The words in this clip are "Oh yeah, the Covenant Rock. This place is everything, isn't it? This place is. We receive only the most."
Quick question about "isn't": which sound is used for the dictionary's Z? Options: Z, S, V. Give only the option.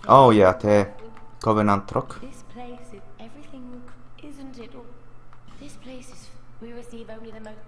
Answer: Z